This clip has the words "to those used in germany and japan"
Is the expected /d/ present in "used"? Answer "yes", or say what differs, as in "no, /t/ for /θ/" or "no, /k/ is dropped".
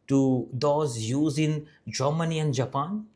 no, /d/ is dropped